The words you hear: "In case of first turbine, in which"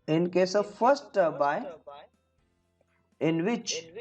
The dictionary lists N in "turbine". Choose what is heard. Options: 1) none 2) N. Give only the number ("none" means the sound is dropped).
1